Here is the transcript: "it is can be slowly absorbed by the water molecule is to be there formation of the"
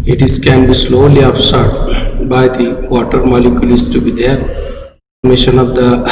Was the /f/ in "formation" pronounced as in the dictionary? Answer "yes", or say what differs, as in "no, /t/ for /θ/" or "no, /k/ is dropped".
no, /p/ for /f/